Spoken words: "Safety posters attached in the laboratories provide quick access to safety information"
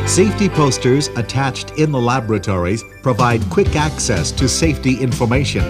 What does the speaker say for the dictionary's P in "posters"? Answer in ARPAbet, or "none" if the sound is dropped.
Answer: P